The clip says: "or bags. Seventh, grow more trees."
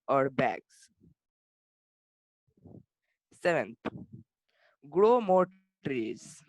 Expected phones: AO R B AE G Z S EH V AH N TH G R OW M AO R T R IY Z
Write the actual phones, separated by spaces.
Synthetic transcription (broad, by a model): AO R B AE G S S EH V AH N T G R OW M AO R T R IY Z